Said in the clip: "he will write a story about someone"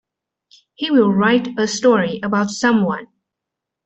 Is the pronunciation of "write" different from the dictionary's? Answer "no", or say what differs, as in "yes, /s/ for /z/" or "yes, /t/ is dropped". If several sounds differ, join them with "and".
no